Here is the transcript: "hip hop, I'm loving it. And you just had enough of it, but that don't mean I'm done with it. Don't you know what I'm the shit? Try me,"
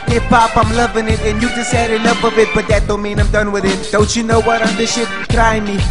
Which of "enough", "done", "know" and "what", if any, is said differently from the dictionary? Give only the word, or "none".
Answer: enough